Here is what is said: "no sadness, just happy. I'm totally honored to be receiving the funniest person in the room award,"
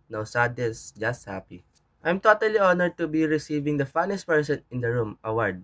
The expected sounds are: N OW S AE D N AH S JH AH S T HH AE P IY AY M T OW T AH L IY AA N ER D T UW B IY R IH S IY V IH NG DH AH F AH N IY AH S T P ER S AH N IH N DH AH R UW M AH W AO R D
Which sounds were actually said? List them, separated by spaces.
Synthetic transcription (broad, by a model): N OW S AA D AH S JH AH S T HH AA P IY AY M T OW T AH L IY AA N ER D T UW B IY R IH S IY V IH NG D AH F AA N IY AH S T P ER S AH N IH N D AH R UW M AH W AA R D